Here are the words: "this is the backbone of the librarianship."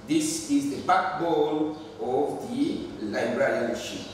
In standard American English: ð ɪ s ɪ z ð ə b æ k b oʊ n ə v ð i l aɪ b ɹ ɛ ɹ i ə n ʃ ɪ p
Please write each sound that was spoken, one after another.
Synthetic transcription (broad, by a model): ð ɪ s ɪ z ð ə b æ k b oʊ l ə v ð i l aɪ b ɹ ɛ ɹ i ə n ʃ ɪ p